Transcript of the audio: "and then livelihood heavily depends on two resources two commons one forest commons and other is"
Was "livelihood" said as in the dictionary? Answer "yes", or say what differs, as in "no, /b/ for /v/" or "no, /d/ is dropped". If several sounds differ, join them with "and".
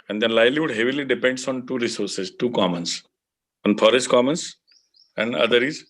no, /v/ is dropped